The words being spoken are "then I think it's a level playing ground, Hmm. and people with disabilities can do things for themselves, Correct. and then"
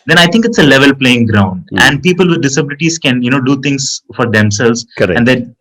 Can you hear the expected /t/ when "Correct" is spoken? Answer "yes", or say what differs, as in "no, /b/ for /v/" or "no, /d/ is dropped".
no, /t/ is dropped